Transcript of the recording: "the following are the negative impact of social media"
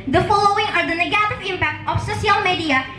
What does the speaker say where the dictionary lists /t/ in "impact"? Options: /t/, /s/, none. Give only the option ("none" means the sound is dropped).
/t/